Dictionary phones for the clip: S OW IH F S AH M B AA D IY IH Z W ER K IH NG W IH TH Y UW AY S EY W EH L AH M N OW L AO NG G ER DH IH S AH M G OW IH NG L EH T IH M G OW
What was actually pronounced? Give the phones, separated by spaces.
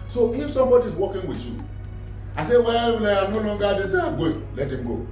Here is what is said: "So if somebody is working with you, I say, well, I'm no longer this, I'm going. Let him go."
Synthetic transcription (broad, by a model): S OW IH F S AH M B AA D IY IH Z W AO K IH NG W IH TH Y UW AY S EY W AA W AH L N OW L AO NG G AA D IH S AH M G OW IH L EH T IH M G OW